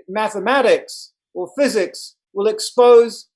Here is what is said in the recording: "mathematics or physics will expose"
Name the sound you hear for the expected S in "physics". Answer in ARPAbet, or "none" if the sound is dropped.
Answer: S